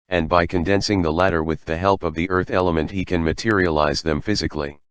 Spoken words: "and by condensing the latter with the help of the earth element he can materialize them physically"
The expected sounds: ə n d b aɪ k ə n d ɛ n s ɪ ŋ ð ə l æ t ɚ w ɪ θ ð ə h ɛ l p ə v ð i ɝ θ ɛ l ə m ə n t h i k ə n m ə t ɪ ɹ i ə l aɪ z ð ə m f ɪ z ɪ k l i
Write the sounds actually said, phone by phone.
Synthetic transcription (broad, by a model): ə n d b aɪ k ə n d ɛ n s ɪ ŋ ð ə l æ t ɚ w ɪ ð ə h ɛ l p ə v ð i ɝ θ ɛ l ə m ə n t h i k ə n m ə t ɪ ɹ i ə l aɪ z ð ə m f ɪ z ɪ k l i